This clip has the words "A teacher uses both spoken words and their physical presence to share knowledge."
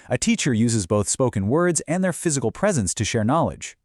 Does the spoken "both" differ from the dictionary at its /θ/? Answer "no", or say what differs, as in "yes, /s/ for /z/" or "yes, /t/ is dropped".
no